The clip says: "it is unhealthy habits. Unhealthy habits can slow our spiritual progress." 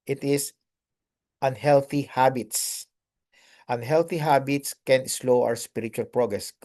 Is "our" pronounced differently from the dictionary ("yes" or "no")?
yes